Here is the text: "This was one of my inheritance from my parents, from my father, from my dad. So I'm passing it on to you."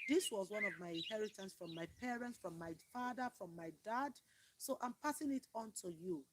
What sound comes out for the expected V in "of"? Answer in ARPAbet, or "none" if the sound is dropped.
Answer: V